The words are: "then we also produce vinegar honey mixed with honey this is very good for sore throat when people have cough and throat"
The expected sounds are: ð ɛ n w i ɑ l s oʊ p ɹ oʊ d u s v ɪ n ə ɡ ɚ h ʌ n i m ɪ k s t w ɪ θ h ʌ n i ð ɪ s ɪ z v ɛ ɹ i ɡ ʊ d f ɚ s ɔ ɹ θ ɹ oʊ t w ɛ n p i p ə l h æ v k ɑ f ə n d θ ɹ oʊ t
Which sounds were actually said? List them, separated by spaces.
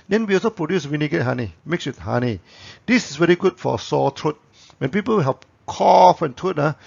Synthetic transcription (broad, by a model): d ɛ n w i ɑ l s oʊ p ɹ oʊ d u s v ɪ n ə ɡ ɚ h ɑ n i m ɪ k s w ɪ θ h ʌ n i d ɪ s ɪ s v ɛ ɹ i ɡ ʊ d f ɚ s ɔ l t ɹ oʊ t w ɛ n p i p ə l h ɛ p k ɑ f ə n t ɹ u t